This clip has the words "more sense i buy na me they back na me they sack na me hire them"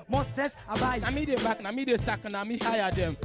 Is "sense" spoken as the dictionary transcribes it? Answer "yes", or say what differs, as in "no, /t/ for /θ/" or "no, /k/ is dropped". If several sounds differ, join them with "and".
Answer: no, /n/ is dropped